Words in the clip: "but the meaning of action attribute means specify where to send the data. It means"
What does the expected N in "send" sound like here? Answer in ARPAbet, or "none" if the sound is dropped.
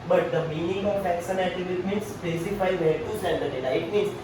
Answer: L